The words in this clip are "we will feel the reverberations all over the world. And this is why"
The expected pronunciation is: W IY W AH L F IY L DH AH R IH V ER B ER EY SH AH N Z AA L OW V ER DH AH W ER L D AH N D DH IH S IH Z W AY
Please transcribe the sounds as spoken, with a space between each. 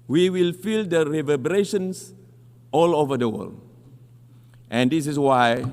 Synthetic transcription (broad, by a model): W IY W AH L F IY L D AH R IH V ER B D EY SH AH N S AA L OW V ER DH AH W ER L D AH N D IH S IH S W AY